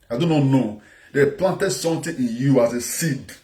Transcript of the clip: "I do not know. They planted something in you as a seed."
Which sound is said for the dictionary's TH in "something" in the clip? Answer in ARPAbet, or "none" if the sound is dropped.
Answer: T